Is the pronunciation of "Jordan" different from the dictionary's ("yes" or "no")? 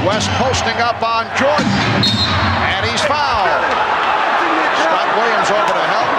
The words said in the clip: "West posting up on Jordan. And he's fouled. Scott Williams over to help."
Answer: yes